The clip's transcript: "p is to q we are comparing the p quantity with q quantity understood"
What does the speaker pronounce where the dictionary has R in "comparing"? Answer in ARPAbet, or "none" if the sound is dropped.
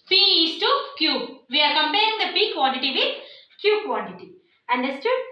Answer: none